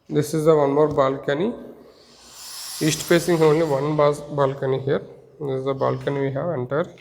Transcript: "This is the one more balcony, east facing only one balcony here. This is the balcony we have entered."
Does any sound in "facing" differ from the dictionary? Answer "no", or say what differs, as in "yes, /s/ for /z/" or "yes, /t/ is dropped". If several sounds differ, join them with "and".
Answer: yes, /p/ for /f/